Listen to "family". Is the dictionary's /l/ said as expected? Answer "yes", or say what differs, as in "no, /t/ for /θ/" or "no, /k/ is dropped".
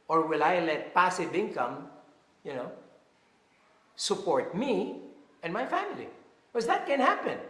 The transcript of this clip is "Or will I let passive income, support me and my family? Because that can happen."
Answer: no, /l/ is dropped